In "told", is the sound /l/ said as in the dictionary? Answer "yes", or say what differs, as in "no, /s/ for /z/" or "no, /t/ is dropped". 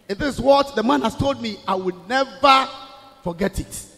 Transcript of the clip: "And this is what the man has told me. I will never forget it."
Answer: yes